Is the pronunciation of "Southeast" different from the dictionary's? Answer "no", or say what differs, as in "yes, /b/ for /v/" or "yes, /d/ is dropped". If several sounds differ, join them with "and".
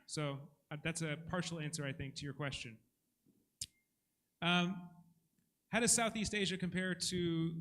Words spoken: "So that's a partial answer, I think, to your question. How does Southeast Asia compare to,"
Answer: no